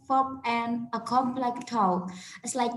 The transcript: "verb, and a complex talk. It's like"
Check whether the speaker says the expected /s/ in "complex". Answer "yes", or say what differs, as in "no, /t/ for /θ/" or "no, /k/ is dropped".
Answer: no, /s/ is dropped